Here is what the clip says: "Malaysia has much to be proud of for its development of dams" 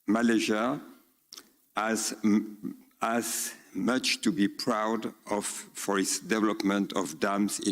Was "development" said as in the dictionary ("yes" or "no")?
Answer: yes